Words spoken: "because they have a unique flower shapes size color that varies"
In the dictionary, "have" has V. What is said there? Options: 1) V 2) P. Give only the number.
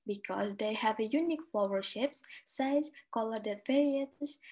1